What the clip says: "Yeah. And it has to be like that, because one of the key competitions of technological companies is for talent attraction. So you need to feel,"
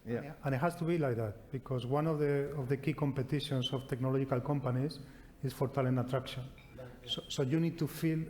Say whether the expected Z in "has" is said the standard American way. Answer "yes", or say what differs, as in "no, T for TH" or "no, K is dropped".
no, S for Z